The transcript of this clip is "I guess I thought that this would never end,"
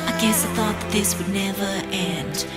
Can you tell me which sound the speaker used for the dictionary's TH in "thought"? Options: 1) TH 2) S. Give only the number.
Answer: 1